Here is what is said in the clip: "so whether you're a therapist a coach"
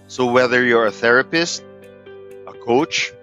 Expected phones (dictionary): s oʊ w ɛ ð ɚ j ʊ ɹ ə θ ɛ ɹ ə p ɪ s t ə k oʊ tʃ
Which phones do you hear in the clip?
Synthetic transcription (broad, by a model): s oʊ w ɛ ð ɚ j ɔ ɹ ə θ ɛ ɹ ə p ɪ s t ə k oʊ tʃ